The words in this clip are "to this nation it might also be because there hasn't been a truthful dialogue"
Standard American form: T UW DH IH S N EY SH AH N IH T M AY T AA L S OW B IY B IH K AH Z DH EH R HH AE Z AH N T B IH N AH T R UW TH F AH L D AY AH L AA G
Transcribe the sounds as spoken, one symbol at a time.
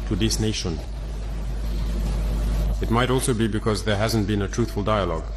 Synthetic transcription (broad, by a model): T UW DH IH S N EY SH AH N IH T M AY T AA L S OW B IY B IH K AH Z DH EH R HH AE Z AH N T B IH N AH T R UW TH F AH L D AY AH L AA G